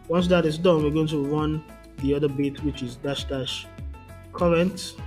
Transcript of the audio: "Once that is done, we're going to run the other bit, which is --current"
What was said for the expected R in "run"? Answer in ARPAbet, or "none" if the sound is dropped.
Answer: R